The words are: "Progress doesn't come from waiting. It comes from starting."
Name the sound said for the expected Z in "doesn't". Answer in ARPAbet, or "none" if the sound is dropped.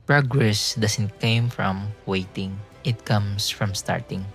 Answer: S